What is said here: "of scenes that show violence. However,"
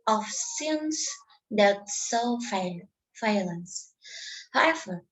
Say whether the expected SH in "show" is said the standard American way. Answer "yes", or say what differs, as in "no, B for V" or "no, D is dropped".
no, S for SH